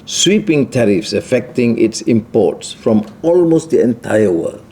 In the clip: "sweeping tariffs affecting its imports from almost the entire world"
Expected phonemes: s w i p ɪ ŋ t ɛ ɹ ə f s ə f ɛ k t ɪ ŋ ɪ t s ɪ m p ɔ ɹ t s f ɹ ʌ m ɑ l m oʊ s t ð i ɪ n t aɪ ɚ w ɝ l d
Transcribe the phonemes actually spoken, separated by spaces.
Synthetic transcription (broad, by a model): s w i p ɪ ŋ t ɛ ɹ ə f s ə f ɛ k t ɪ ŋ ɪ t s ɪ m p ɔ t s f ɹ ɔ m ɑ l m oʊ s t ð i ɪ n t aɪ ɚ w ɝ l